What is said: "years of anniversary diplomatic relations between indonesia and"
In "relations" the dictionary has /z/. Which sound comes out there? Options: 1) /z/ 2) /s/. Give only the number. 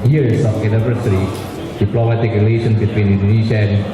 2